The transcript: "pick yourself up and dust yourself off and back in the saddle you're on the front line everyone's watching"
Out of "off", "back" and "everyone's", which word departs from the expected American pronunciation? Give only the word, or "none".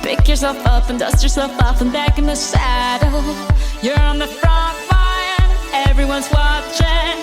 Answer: off